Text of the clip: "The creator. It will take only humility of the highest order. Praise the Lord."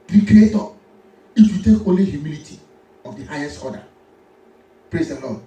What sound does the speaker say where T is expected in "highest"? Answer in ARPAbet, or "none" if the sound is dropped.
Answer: T